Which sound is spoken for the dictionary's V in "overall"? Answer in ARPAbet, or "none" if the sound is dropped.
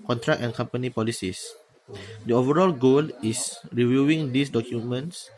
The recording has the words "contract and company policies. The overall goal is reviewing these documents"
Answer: V